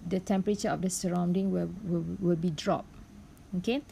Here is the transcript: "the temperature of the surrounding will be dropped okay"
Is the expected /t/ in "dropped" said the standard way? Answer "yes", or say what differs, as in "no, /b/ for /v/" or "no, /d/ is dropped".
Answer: no, /t/ is dropped